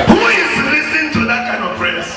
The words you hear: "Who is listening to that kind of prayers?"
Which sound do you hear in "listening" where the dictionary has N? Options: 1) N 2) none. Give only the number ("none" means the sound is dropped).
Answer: 2